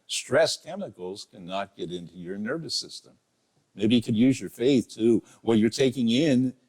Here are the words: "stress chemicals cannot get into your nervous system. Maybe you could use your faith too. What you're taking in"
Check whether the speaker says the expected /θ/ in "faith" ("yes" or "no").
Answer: yes